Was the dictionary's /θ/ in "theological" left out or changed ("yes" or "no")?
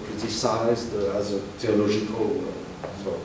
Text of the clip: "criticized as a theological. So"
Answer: yes